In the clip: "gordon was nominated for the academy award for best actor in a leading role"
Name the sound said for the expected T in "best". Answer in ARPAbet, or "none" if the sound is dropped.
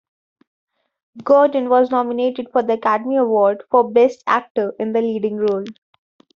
T